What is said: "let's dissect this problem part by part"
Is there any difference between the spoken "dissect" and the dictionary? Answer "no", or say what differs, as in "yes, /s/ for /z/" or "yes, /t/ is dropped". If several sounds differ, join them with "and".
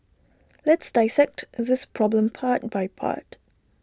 no